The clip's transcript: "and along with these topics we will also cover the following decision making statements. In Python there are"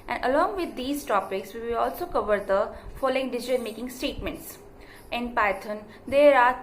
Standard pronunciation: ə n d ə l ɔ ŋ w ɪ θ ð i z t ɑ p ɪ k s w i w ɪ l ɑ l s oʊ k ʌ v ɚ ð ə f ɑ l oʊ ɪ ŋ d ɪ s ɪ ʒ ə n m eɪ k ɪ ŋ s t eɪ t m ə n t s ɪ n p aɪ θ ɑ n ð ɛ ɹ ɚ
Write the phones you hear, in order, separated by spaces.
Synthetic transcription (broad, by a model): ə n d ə l ɔ ŋ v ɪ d i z t ɑ p ɪ k s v i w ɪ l ɑ l s oʊ k ʌ v ɚ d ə f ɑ l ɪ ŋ d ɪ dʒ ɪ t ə l m eɪ k ɪ ŋ s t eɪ t m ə n t s ɪ n p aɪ t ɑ n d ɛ ɹ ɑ